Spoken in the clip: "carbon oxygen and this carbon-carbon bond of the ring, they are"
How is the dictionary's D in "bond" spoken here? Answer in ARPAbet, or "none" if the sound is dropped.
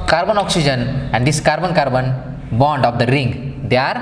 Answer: D